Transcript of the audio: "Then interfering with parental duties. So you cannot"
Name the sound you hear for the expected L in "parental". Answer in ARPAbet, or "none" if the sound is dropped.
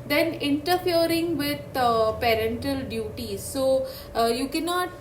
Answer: L